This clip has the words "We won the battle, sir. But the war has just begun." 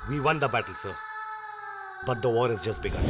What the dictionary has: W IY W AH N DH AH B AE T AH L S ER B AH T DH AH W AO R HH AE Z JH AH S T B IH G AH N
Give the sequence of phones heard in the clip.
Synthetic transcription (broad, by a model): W IY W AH N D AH B AE T AH L S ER B AH T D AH W AO R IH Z JH AH S T B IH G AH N